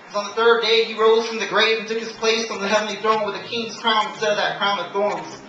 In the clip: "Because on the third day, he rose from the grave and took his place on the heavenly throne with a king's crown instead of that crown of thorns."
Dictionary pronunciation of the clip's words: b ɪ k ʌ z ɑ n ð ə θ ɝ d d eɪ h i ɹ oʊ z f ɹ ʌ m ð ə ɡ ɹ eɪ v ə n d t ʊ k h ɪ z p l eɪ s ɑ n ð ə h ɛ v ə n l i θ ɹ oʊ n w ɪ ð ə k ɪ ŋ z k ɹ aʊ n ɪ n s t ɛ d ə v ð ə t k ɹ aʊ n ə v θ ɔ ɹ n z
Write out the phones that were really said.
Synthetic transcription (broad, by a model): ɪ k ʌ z n ð ə θ ɝ d d eɪ i ɹ oʊ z f ɹ ʌ m ð ə ɡ ɹ eɪ ə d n t ʊ k h ɪ z p l eɪ s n ð ə h ɛ v n l i θ ɹ oʊ n w ɪ ð ə k ɪ ŋ z k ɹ aʊ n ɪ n s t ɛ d ə v ð ə t k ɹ aʊ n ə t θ ɔ ɹ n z